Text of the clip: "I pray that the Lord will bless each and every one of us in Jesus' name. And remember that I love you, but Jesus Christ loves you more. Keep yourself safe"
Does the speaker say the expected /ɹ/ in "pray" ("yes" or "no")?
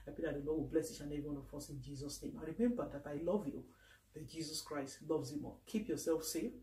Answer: no